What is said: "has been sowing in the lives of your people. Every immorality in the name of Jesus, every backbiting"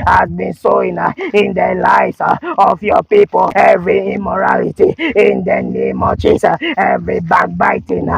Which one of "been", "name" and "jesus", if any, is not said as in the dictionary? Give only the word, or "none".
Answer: jesus